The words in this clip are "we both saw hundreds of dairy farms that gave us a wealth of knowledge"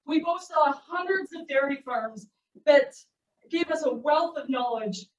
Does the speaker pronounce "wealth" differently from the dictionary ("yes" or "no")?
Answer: no